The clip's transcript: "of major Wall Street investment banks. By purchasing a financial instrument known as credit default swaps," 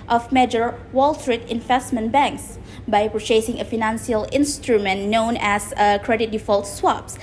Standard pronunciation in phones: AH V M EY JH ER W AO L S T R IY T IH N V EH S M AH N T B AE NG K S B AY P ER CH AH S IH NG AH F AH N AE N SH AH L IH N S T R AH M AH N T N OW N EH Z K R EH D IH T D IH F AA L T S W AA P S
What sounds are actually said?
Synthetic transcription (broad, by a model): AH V M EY JH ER W AO L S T R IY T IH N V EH S M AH N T B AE NG K S B AY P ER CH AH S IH NG AH F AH N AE N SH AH L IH N S T R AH M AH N N OW N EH S K R EH D IH T D IH F AA L T S W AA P S